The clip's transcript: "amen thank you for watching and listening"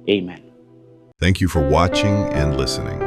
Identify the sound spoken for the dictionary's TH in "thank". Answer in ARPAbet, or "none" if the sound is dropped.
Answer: TH